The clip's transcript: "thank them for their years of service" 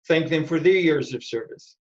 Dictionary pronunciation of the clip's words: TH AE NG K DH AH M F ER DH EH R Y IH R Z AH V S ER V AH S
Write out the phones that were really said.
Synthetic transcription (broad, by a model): TH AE NG K DH AH M F ER DH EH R Y IH R Z AH V S ER V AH S